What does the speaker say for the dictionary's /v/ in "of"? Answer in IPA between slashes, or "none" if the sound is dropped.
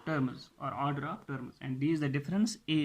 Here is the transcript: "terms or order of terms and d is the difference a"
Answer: /p/